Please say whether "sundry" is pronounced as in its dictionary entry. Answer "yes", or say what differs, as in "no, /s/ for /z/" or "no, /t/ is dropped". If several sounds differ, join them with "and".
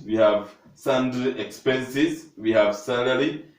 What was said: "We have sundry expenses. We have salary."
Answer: no, /ɹ/ is dropped